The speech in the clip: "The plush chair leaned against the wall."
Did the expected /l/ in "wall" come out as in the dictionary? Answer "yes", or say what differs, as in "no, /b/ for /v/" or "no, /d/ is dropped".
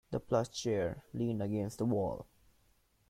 yes